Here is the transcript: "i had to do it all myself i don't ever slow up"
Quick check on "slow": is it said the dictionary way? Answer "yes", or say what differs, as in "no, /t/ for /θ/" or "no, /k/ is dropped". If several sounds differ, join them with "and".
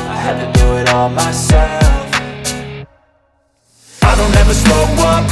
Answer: no, /l/ is dropped